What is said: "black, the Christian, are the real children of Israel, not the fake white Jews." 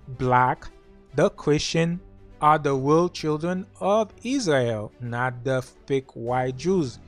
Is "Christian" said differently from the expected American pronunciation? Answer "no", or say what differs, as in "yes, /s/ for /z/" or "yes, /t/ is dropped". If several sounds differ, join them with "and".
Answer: no